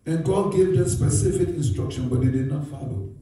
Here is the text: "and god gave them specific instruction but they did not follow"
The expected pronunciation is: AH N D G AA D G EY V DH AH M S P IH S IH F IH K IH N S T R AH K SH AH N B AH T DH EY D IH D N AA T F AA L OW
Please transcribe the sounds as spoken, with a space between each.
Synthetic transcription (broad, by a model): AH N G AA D G EY V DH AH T S P IH S IH F IH K IH N S T R AH K SH AH N B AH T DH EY D IH D N AA T F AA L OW